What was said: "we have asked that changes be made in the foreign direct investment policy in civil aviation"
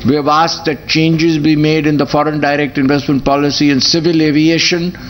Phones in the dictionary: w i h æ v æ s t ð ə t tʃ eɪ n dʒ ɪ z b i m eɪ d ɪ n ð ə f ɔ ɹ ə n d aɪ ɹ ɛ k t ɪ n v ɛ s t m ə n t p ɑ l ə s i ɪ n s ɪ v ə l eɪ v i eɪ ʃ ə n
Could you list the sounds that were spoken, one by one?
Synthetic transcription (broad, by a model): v i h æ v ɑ s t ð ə t tʃ eɪ n dʒ ɪ z b i m eɪ d ɪ n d ə f ɔ ɹ ə n d aɪ ɹ ɛ k t ɪ n v ɛ s t m ə n t p ɑ l ə s i ɪ n s ɪ v ə l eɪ v i eɪ ʃ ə n